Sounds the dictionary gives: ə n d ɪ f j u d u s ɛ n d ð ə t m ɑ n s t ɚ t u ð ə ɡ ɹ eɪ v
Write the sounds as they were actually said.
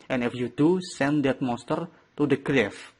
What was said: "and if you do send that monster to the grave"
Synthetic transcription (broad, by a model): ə n ɪ f j u d u s ɛ n d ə t m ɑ s t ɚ t u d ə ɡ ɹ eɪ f